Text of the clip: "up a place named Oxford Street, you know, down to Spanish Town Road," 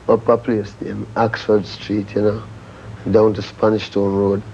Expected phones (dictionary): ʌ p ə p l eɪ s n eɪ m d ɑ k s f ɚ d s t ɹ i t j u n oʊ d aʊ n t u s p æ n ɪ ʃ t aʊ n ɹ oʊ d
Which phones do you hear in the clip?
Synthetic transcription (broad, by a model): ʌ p ə p l eɪ s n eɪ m ɑ k s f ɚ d s t ɹ i t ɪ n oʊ d aʊ n t u s p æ n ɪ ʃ t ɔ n ɹ oʊ d